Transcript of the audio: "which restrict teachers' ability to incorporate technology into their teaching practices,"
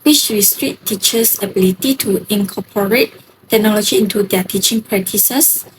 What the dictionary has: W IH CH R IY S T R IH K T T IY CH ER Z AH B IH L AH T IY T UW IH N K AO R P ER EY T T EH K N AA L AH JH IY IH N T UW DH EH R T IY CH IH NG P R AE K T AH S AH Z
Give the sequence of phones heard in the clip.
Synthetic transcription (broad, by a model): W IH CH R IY S T R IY T T IY CH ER S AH B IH L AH T IY T UW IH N K AO P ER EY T T EH K N AA L AH JH IY IH N T UW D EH T IY CH IH NG P R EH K T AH S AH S